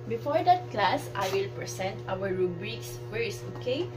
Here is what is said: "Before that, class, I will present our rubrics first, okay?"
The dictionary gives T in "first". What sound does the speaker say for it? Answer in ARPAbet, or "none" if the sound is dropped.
none